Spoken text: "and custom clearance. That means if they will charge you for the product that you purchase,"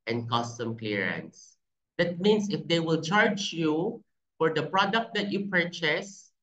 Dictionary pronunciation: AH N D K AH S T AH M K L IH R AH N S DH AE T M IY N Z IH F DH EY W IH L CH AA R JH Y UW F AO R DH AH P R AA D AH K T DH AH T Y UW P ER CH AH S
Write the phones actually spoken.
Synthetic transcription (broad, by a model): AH N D K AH S T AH M K L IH R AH N S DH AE T M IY N S IH F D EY W IH L CH AA R JH Y UW F AO R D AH P R AA D AH K T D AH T Y UW P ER CH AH S